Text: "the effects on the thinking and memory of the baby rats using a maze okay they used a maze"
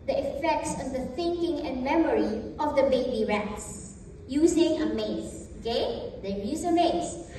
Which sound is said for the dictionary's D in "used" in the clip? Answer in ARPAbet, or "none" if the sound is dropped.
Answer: none